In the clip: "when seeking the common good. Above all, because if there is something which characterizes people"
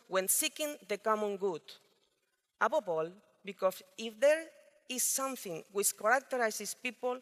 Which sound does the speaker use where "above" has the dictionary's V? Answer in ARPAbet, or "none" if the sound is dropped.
P